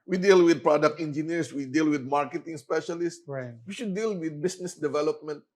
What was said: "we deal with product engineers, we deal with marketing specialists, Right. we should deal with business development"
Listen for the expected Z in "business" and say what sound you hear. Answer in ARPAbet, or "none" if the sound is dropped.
S